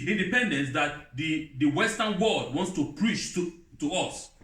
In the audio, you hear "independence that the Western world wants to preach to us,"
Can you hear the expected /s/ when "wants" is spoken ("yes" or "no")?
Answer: yes